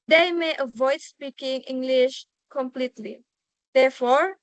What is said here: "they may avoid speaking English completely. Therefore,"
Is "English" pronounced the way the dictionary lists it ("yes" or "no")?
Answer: yes